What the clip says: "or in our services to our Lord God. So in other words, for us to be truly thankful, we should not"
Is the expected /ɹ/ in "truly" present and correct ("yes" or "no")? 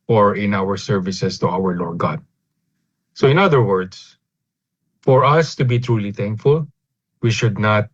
yes